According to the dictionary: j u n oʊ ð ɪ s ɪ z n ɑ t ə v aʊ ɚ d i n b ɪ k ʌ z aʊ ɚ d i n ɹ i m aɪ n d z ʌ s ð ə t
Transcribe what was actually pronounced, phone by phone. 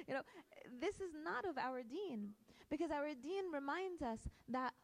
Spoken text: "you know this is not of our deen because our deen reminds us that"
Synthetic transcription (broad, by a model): j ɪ n oʊ ð ɪ s ɪ z n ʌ t ə v aʊ ɚ d i n b ɪ k ʌ z aʊ ɚ d i n ɹ i m aɪ n d z ʌ s ð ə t